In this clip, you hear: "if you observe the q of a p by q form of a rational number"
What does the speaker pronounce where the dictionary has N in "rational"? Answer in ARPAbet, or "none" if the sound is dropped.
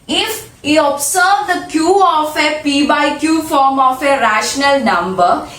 N